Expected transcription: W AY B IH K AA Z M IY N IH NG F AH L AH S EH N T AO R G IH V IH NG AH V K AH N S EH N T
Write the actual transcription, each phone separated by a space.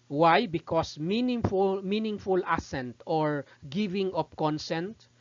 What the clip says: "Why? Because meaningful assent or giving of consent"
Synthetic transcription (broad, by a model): W AY B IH K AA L M IY N IH NG F AH L AH S EH N T AO R G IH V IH NG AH P K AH N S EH N T